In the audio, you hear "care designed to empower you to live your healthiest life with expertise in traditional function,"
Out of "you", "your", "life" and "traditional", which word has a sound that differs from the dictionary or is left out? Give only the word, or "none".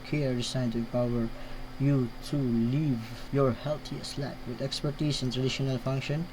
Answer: life